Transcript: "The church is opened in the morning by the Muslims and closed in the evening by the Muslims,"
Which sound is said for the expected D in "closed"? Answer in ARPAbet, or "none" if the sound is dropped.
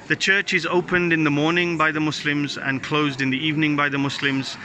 D